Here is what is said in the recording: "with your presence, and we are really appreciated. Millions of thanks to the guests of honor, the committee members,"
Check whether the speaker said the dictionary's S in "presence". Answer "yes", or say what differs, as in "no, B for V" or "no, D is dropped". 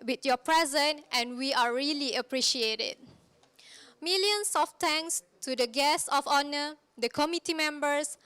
no, S is dropped